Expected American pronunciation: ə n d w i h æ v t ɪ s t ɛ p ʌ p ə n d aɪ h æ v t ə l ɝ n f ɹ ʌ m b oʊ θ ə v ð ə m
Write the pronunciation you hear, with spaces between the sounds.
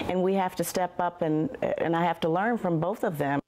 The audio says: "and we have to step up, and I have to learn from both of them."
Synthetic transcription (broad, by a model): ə n w i h æ f t ɪ s t ɛ p ʌ p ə n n aɪ h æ f t ə l ɝ n f ɹ ʌ m b oʊ θ ə v ð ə m